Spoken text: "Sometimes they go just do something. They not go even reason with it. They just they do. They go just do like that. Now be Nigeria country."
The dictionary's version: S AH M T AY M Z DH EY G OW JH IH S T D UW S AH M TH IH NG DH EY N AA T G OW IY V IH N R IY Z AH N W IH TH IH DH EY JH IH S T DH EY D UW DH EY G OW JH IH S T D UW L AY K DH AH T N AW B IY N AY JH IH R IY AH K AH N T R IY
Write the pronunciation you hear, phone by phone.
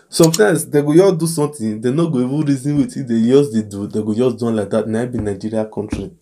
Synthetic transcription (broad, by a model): S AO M T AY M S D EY G OW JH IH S D UW S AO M T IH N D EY N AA G OW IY W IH R IY Z AH N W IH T IH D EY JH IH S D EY D UW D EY G OW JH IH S D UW L AY K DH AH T N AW B IY N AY JH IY R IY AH K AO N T R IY